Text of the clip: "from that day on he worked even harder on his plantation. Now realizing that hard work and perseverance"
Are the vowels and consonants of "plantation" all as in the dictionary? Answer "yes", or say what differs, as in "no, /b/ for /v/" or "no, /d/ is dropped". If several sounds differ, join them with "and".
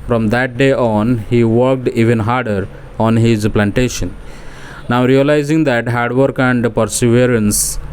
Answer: yes